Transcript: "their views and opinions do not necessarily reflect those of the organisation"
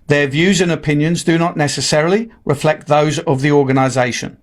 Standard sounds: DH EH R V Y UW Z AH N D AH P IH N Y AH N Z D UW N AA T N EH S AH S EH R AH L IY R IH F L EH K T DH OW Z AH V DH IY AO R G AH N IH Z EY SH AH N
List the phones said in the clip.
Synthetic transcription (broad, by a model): DH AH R V Y UW Z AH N AH P IH N Y AH N Z D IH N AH T N EH S AH S EH R AH L IY R IH F L EH K T DH OW Z AH V DH IY AO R G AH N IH Z EY SH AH N